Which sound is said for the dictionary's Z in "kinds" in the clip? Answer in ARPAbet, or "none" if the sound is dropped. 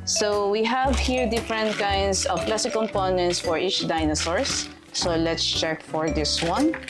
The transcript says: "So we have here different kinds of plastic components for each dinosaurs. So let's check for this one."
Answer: S